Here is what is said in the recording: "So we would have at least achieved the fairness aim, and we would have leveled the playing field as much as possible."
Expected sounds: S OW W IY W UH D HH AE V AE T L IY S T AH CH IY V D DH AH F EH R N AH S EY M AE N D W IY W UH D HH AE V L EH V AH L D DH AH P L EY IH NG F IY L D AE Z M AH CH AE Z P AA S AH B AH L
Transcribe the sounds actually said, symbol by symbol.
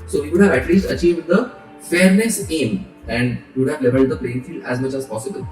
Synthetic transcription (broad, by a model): S OW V IY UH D HH AE V AE T L IY S T AH CH IY V D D AH F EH R N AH S EY M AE N D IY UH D HH AE V L EH V AH L D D AH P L EY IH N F IY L AE Z M AH CH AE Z P AA S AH B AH L